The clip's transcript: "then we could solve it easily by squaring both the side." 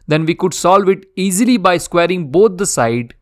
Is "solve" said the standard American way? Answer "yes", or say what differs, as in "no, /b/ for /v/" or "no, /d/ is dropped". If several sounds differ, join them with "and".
yes